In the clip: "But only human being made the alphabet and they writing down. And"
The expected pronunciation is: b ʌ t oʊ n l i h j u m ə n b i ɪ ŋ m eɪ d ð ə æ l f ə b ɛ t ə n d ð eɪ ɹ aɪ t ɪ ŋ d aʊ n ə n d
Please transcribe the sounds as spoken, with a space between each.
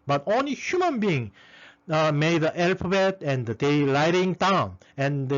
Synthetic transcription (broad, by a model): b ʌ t oʊ n l i h j u m ə n b i ɪ ŋ m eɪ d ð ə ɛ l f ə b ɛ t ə n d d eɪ l aɪ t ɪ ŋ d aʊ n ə n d